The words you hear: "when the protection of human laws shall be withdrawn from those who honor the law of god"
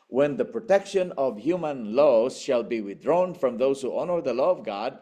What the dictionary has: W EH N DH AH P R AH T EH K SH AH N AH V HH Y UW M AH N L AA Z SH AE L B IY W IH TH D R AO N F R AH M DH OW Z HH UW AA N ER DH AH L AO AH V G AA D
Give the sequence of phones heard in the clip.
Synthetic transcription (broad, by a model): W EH N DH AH P R AH T EH K SH AH N AH V HH Y UW M AH N L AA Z SH AE L B IY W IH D R AO N F R AH M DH OW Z HH UW AA N ER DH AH L AO AH V G AA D